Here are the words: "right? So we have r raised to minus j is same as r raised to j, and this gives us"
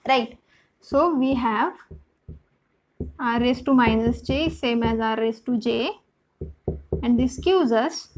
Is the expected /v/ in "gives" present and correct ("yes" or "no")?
no